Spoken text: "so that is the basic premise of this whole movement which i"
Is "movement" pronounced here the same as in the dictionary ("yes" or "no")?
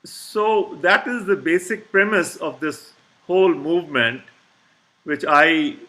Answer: yes